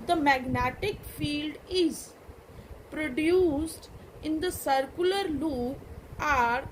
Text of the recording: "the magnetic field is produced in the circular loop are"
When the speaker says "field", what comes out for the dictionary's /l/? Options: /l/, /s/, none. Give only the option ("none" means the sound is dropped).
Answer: /l/